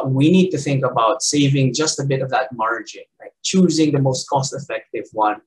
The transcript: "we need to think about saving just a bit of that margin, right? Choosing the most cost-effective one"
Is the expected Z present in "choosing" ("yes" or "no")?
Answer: yes